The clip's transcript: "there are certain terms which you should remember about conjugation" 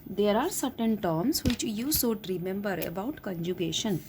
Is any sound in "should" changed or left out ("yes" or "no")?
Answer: yes